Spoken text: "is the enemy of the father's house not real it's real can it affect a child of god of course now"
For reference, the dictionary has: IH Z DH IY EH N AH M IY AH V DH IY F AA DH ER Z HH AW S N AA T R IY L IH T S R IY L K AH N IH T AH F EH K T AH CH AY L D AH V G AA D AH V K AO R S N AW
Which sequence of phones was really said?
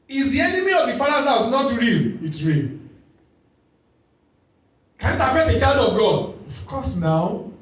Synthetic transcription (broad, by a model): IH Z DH IY EH N AH M IY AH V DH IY F AA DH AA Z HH AW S N AA T R IY L IH T S R IY L K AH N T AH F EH T AH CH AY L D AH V G AA D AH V K AO S N AW